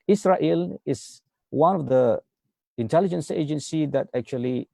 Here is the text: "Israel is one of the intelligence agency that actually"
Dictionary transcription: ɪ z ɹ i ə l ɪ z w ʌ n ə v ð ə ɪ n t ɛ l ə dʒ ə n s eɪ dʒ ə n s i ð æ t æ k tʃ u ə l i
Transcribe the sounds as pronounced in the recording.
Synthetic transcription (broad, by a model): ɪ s ɹ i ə l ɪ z w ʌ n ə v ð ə ɪ n t ɛ l ə dʒ ə n s eɪ dʒ ə n s i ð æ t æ k tʃ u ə l i